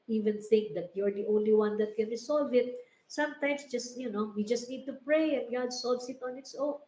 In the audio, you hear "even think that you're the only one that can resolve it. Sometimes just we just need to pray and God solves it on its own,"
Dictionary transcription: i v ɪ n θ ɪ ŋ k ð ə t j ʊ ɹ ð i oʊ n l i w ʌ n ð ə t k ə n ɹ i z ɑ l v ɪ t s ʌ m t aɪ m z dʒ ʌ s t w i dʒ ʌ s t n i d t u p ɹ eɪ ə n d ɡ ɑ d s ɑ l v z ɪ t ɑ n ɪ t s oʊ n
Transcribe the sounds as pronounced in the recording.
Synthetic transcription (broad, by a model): i v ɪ n θ ɪ ŋ k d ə t j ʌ ɹ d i oʊ n l i w ʌ n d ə t k ə n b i s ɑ l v ɪ t s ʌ m t aɪ m s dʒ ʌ s t w i dʒ ʌ s t n i d t u p ɹ eɪ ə n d ɡ ɑ d s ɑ l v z ɪ t ɑ n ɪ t s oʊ